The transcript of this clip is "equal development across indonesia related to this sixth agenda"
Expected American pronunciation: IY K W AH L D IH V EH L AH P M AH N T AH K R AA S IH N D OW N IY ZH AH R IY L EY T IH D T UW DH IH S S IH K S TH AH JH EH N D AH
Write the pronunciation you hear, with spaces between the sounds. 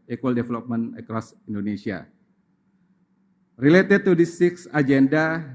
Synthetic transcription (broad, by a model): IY K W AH L D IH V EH L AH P M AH N AH K R AA S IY N D OW N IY S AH R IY L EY T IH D T UW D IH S S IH K S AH JH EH N D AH